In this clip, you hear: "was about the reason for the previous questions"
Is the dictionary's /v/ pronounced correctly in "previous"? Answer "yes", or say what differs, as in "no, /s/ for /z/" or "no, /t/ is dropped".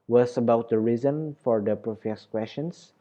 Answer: no, /f/ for /v/